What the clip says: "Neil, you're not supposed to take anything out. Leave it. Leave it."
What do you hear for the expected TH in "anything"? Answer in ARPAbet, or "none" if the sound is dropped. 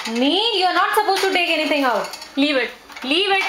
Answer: T